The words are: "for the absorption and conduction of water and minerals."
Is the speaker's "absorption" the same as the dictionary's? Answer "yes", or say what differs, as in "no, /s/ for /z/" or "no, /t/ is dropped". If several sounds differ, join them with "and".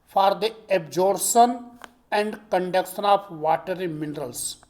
no, /p/ is dropped